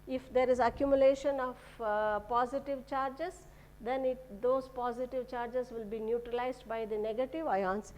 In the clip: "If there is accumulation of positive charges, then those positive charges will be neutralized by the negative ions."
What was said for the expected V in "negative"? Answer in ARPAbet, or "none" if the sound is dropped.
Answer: V